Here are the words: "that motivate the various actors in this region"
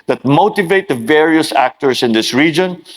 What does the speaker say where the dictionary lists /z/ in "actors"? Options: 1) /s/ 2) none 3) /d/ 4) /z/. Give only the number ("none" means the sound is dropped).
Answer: 1